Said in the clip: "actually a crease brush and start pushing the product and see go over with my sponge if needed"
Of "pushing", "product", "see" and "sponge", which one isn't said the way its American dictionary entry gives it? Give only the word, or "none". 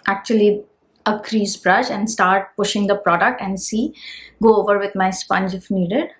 none